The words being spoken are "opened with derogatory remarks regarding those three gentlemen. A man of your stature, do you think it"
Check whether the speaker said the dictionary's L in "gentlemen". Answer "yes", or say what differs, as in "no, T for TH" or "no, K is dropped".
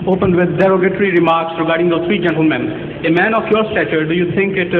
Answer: yes